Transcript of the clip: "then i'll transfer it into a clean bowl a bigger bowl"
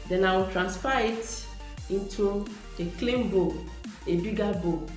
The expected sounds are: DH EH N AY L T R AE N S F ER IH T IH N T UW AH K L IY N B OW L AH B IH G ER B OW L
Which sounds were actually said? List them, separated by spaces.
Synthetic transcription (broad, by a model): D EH N AY W T R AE N S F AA IH T IH N T UW AH K L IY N B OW AH B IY G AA B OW